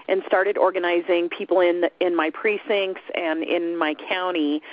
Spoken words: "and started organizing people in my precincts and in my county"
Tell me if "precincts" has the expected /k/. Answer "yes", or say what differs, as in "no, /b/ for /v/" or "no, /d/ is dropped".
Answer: yes